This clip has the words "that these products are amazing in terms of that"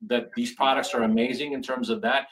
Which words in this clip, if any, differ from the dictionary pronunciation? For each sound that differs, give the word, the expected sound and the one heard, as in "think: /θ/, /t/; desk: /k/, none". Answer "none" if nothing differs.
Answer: none